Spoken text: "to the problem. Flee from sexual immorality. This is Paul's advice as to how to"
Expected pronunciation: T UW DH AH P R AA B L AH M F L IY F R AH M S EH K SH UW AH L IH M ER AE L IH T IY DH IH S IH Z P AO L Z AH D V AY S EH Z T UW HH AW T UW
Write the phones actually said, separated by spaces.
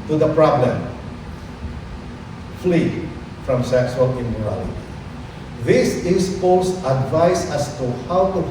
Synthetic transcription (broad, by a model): T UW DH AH P R AA B L AH M F L IY F R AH M S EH K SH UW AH L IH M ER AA L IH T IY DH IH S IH S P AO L S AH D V AY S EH S T UW HH AW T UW